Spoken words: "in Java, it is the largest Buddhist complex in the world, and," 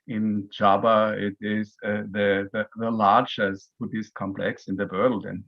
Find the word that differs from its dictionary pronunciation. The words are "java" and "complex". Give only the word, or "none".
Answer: java